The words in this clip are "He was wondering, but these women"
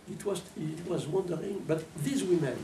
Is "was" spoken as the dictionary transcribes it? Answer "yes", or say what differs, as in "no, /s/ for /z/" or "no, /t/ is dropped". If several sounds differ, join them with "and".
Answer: yes